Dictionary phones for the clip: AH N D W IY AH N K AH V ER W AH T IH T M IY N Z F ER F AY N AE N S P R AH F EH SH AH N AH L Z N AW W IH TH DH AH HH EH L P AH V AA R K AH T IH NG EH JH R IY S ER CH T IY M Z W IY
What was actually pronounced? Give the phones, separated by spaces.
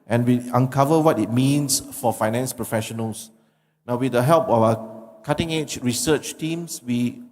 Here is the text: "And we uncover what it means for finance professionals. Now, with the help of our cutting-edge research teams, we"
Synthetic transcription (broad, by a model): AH N W IY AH N K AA V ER W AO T IH T M IY N S F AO F AY N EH N S P R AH F EH SH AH N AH L S N AW W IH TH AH HH EH L P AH W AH K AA T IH NG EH CH R IY S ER CH T IY M S W IY